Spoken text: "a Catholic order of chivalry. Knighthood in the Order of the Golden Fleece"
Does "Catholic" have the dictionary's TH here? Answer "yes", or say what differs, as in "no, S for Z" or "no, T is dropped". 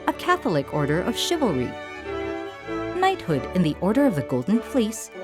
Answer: yes